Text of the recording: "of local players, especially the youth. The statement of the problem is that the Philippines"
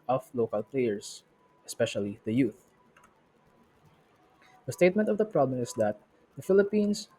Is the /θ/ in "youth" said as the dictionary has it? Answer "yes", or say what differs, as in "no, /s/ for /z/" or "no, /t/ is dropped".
yes